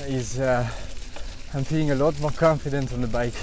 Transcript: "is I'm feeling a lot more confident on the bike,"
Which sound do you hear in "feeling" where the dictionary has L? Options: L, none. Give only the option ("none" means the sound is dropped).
none